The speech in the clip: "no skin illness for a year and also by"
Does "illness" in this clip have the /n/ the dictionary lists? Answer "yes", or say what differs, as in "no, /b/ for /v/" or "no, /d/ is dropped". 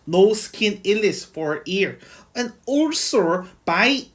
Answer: no, /n/ is dropped